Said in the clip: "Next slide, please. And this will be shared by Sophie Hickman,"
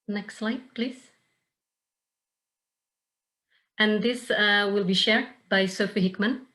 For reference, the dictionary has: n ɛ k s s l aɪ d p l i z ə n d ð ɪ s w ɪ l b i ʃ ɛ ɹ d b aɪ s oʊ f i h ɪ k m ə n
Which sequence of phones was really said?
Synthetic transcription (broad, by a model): n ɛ k s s l aɪ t p l i z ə n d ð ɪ s w ɪ l b i ʃ ɛ ɹ d b aɪ s oʊ f i h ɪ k m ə n